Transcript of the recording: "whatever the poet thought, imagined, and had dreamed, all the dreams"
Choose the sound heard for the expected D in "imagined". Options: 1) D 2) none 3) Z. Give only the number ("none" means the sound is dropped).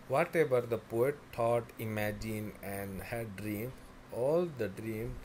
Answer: 2